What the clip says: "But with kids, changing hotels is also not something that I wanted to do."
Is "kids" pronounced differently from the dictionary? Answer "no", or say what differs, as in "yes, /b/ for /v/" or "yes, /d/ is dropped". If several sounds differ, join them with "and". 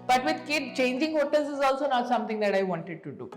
yes, /z/ is dropped